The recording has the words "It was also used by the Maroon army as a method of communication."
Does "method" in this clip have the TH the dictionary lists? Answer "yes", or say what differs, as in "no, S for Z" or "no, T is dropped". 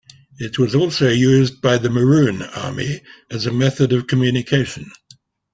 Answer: yes